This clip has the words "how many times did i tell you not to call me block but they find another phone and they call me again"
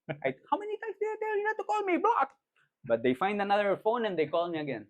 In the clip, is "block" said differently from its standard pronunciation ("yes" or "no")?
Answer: yes